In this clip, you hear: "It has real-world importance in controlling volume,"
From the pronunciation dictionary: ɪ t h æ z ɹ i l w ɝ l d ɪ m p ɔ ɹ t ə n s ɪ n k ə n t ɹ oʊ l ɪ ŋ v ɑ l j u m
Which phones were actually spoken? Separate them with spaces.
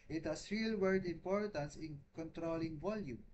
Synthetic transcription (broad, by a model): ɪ t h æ s ɹ i l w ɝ d ɪ m p ɔ ɹ t ə n s ɪ n k ə n t ɹ oʊ l ɪ ŋ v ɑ l j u m